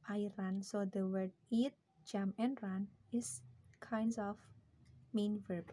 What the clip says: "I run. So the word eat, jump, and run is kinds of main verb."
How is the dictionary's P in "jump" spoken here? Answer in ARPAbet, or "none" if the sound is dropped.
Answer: none